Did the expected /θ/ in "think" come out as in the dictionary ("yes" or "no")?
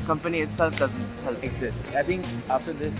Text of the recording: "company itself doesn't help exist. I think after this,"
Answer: no